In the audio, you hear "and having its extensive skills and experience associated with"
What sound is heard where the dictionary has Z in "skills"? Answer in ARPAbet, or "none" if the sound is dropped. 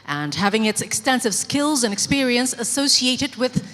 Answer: Z